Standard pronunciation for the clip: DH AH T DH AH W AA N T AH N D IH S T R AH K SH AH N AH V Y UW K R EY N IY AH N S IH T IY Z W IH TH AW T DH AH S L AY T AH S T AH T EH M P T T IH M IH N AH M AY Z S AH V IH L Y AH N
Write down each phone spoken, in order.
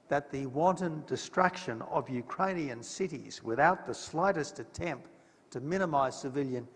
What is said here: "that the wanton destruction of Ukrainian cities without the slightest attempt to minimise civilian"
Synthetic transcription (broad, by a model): DH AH T DH AH W AA N T AH N D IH S T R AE K SH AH N AH V Y UW K R EY N IY AH N S IH T IY Z W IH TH AW T DH AH S L AY T AH S T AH T EH M P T T IH M IH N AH M AY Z S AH V IH L Y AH N